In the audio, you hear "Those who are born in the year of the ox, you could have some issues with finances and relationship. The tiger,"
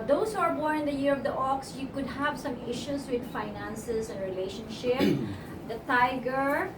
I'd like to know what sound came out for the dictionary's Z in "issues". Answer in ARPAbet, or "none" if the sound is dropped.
S